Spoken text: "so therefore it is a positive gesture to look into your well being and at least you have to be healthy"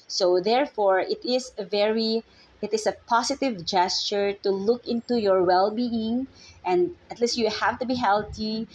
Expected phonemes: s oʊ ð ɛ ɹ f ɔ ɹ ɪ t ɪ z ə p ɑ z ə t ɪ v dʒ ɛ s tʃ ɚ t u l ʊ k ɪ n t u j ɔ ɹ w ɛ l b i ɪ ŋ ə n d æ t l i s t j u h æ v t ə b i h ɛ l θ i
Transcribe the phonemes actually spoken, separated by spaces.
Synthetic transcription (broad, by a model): s oʊ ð ɛ ɹ f ɔ ɹ ɪ t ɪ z ə p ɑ s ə t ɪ v dʒ ɛ s tʃ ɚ t u l ʊ k ɪ n t u j ɔ ɹ w ɛ l b i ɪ ŋ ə n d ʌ t l i s t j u h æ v t ə b i h ɛ l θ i